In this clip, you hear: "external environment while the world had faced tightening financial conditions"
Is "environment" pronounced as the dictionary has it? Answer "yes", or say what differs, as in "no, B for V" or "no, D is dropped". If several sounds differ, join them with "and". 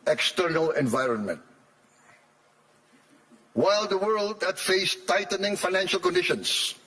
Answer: yes